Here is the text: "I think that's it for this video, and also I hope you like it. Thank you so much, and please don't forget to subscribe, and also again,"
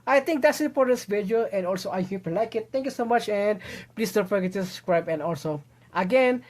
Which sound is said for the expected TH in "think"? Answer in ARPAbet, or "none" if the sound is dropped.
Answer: T